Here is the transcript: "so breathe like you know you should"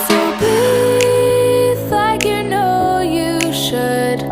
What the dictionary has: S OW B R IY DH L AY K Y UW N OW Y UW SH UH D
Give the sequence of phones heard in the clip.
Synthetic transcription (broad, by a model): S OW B IY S L AY K Y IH N OW Y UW SH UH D